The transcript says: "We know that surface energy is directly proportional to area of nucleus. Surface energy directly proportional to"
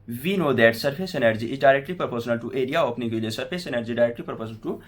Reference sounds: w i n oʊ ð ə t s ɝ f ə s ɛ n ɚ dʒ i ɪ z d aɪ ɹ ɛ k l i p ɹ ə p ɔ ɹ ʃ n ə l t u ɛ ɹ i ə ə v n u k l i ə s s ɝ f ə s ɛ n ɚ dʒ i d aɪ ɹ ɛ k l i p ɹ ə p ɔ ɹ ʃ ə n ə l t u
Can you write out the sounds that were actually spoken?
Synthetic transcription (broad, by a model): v i n oʊ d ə t s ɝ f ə s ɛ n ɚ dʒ i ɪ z d aɪ ɹ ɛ k l i p ɹ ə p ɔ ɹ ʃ n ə l t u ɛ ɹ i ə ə p n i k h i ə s s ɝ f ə s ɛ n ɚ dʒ i d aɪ ɹ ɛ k l i p ɹ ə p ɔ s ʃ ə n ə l t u